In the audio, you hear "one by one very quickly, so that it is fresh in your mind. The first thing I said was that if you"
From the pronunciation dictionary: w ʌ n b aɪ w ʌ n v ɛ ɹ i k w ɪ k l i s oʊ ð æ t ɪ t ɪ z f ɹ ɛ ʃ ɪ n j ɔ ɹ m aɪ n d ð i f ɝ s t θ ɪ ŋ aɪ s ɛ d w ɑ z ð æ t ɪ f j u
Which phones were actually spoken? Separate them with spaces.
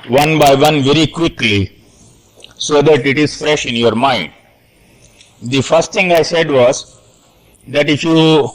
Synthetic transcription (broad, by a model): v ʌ n b aɪ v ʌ n v ɛ ɹ i k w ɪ k l i s oʊ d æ t ɪ t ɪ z f ɹ ɛ ʃ ɪ n j ɔ ɹ m aɪ n d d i f ɝ s t t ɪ ŋ aɪ s ɛ d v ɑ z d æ t ɪ f j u